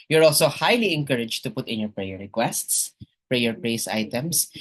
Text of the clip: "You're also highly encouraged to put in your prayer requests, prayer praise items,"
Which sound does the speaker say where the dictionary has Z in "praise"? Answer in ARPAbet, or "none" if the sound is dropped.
S